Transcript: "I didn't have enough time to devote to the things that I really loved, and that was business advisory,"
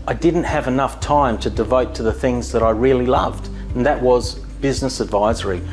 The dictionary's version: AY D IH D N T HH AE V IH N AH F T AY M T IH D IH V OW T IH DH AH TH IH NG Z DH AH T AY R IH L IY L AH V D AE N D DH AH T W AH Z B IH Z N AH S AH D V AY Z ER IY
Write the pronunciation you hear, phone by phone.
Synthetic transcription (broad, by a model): AY D IH D N T HH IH V IH N AH F T AY M T IH D IH V OW T IH DH AH TH IH NG Z DH AH T AY R IH L IY L AH V D N DH AH T W AH Z B IH Z N AH S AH D V AY Z ER IY